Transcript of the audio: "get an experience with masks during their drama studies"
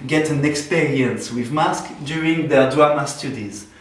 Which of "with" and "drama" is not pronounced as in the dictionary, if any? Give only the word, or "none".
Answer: drama